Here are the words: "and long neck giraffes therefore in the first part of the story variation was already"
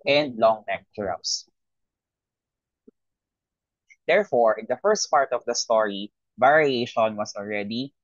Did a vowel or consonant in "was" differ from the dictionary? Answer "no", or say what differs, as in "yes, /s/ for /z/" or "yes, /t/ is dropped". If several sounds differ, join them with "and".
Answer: yes, /s/ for /z/